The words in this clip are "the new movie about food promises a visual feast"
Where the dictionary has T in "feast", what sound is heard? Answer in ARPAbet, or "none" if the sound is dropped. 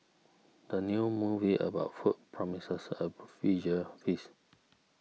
none